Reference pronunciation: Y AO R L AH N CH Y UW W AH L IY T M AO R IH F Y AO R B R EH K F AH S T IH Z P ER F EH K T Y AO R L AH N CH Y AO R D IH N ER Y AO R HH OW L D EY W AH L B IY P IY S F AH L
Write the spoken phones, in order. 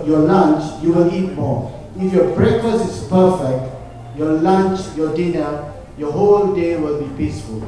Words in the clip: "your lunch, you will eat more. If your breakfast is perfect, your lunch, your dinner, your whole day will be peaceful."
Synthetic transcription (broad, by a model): Y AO L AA N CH Y UW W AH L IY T M AO IH F Y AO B R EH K AH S IH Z P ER F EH K T Y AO L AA N CH Y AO D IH N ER Y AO HH OW L D EY W AH L B IY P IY S F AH L